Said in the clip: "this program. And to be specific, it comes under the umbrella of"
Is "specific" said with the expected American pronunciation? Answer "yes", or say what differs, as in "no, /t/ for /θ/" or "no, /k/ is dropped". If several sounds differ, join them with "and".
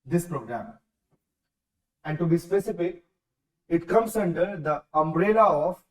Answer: no, /p/ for /f/